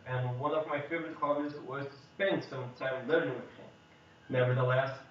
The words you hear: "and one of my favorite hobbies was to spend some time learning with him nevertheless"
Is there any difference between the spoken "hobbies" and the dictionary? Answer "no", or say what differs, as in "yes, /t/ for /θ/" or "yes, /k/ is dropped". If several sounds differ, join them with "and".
yes, /b/ is dropped